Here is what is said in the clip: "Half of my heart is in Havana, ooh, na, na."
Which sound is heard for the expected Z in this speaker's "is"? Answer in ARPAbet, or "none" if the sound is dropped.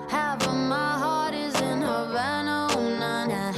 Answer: Z